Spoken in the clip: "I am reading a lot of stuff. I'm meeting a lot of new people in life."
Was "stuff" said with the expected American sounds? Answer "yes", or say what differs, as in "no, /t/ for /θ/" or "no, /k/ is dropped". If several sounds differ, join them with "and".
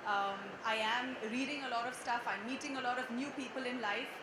yes